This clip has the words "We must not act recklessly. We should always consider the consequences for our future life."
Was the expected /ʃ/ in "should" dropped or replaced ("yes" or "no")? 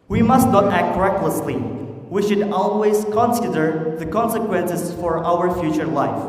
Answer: no